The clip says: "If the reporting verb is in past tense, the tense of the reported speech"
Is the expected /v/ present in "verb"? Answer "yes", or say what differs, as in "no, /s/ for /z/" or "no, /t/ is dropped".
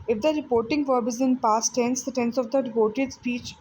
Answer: yes